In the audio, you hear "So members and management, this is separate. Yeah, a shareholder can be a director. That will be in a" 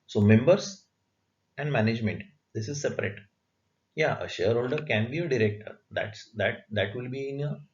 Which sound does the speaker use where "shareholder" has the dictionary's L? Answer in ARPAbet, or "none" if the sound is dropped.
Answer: L